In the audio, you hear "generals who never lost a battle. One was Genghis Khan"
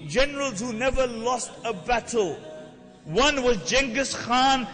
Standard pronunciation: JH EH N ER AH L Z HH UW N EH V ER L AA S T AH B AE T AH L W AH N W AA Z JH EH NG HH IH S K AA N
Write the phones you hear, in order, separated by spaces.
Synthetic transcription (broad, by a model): JH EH N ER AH L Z HH UW N EH V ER L AA S T AH B AE T AH L W AH N W AA Z JH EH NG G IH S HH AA N